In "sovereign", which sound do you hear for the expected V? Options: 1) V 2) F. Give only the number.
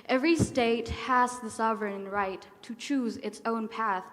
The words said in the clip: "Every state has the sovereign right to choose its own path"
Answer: 1